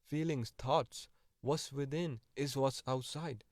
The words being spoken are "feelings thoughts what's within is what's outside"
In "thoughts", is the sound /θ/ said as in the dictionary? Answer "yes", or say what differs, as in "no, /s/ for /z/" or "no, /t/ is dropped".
no, /t/ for /θ/